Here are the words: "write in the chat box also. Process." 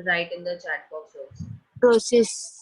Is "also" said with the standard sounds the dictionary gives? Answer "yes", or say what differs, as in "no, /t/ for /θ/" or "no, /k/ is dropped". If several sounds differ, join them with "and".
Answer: no, /l/ is dropped